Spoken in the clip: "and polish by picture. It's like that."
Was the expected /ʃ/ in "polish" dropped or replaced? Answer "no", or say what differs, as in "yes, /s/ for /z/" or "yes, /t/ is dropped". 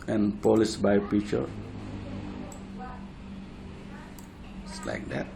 yes, /s/ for /ʃ/